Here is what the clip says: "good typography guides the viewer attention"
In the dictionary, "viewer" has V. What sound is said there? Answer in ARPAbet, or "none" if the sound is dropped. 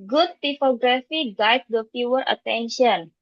F